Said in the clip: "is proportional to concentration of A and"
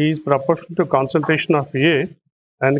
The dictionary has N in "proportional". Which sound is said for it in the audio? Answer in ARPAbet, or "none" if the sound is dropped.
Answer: none